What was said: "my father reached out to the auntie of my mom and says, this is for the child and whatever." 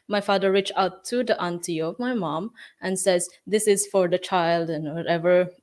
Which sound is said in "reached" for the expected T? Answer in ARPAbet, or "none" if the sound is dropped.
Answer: none